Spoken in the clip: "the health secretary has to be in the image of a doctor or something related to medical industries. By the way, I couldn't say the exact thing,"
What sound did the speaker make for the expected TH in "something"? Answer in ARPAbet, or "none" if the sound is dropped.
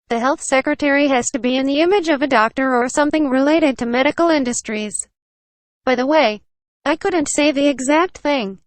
TH